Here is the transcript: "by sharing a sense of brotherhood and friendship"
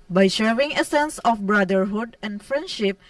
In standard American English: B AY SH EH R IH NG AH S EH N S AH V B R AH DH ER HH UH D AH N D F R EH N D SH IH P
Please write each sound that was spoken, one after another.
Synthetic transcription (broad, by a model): B AY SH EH W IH NG AH S EH N S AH F B R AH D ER HH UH D AH N D F R EH N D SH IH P